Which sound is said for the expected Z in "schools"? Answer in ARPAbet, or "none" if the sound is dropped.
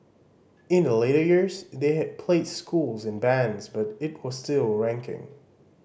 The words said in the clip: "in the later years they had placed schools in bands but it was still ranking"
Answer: Z